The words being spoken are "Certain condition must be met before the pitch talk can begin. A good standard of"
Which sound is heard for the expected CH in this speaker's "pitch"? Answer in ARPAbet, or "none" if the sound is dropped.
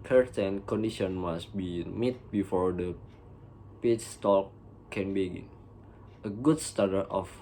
S